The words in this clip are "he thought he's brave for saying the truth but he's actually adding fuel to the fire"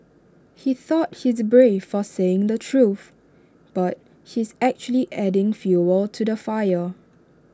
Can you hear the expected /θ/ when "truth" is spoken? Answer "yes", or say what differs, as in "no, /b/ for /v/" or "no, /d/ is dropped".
yes